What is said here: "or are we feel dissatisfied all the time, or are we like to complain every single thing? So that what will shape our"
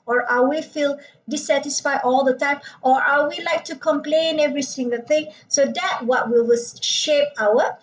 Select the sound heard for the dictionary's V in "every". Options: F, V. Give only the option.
V